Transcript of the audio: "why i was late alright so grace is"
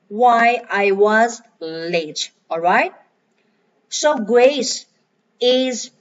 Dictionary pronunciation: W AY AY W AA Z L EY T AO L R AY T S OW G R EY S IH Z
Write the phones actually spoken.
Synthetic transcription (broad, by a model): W AY AY W AA Z L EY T AO L R AY T S OW G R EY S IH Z